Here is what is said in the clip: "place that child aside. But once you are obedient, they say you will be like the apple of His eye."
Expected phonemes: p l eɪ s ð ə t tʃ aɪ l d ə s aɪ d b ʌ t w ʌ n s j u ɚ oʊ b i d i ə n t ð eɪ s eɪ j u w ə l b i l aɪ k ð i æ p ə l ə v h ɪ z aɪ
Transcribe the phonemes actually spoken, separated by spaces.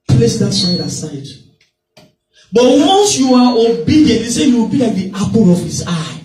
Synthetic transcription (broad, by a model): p l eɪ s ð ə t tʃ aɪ d ə s aɪ d b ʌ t w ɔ n s j u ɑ oʊ b i d i ə n t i s eɪ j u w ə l b i l aɪ k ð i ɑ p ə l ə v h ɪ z aɪ